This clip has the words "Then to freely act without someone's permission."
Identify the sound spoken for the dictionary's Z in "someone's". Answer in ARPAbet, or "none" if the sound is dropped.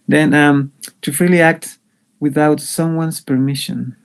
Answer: S